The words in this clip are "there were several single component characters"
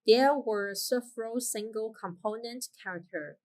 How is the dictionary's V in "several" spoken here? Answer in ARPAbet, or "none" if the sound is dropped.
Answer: F